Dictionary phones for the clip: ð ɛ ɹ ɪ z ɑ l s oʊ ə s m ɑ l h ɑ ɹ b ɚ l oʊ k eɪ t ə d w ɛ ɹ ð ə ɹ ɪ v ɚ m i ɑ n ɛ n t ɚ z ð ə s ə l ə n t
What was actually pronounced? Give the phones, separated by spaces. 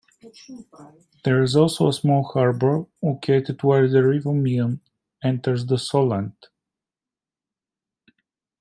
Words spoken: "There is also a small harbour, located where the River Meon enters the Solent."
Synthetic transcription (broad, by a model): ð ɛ ɹ ɪ z ɑ l s oʊ ə s m ɑ l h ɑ ɹ b ɚ l oʊ k eɪ t ə d w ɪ l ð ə ɹ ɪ v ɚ m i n ɛ n t ɚ z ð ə s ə l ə n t